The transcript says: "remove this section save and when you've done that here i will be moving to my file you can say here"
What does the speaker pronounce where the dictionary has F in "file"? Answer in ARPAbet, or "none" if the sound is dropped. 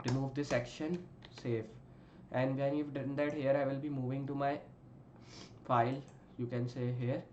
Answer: F